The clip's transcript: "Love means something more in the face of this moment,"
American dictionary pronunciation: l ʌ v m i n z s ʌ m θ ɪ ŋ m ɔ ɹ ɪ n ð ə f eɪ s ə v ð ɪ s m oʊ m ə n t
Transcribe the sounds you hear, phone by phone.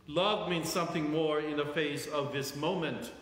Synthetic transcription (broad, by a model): l ʌ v m i n z s ʌ m θ ɪ ŋ m ɔ ɹ ɪ n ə f eɪ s ə v ð ɪ s m oʊ m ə n t